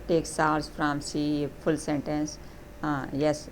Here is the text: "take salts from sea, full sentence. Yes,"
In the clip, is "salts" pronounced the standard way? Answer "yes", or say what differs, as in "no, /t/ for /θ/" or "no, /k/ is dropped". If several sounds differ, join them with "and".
no, /l/ is dropped